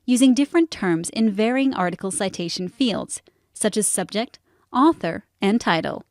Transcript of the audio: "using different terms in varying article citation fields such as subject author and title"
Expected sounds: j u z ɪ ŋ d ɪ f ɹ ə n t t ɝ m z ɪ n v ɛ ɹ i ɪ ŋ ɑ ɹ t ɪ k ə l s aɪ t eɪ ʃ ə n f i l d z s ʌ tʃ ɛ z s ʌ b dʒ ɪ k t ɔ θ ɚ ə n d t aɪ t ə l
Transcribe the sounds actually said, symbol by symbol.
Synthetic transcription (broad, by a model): j u z ɪ ŋ d ɪ f ɹ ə n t t ɝ m z ɪ n v ɛ ɹ i ɪ ŋ ɑ ɹ t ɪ k l s aɪ t eɪ ʃ n f i l d z s ʌ tʃ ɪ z s ʌ b dʒ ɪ k t ɔ θ ɚ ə n t aɪ t l